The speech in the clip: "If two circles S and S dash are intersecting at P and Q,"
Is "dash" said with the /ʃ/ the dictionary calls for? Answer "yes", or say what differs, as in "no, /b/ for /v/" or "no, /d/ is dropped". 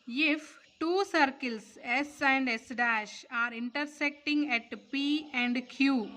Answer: yes